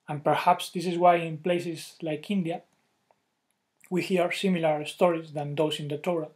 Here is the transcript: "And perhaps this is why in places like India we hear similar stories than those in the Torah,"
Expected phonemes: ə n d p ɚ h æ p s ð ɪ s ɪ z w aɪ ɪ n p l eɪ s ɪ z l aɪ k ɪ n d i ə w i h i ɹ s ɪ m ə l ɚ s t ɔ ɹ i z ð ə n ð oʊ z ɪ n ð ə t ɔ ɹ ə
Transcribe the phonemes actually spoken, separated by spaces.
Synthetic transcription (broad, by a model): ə n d p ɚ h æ p s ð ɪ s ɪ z w aɪ ɪ n p l eɪ s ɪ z l aɪ k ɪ n d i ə w i h i ɹ s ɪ m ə l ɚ s t ɔ ɹ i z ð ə n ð oʊ s ɪ n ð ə t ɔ ɹ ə